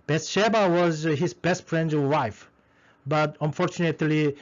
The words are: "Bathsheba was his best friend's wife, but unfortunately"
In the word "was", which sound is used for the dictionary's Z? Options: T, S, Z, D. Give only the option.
Z